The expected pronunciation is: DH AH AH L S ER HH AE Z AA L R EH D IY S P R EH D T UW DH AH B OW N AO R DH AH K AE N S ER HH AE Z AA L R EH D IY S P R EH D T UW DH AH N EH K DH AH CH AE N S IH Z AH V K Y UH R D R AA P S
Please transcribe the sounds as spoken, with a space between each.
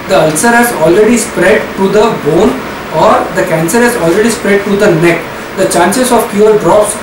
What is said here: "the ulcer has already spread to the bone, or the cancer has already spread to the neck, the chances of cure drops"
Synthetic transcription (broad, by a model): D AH AH L S ER HH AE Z AA L R EH D IY S P R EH D T UW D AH B OW N AO R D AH K AE N S ER HH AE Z AA L R EH D IY S P R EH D T UW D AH N EH K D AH CH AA N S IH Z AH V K Y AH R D R AA P S